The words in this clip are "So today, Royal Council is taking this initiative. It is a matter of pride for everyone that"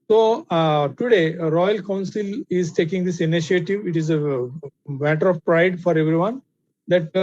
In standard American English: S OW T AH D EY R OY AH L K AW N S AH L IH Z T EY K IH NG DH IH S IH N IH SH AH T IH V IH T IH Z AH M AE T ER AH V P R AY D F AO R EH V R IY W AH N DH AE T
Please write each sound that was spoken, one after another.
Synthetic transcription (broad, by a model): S OW T AH D EY R OY AH L K AW N S AH L IH Z T EY K IH NG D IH S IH N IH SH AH T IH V IH T IH Z AH M AE T ER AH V P R AY D F AO R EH V R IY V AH N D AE T